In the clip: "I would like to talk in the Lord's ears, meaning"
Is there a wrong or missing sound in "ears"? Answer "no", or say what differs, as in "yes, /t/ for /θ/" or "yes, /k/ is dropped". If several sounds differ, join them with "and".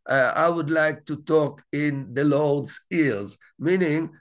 yes, /l/ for /ɹ/